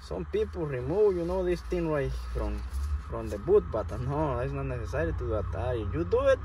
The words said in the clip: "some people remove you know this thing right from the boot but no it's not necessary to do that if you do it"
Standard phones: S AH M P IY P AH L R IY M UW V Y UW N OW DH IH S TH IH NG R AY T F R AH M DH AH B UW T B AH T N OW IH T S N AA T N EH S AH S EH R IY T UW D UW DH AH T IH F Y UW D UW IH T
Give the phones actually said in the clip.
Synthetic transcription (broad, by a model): S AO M P IY P AH L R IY M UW W Y UW N OW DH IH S T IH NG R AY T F R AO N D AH B UW T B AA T N OW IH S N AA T N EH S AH S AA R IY T UW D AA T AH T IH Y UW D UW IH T